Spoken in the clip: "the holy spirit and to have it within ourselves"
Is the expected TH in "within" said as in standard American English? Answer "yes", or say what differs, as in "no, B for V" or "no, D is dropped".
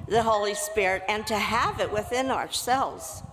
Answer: yes